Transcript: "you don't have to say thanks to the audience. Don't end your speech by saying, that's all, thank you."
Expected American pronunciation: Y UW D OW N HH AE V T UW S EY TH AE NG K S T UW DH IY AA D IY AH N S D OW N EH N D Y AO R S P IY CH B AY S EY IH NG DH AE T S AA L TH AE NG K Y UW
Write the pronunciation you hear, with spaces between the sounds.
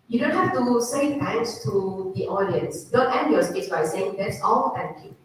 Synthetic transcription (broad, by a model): Y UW D OW N HH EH F T UW S EY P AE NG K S T UW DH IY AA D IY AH N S D OW N EH N D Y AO S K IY S B AY S EY IH NG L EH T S AA L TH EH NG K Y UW